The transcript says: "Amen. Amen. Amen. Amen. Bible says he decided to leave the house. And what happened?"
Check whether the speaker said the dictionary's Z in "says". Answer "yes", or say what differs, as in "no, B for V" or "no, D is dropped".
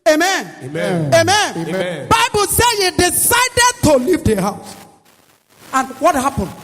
no, Z is dropped